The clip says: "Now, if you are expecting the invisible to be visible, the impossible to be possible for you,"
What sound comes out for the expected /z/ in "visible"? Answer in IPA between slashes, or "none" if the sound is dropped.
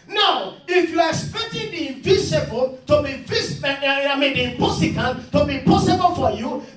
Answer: /s/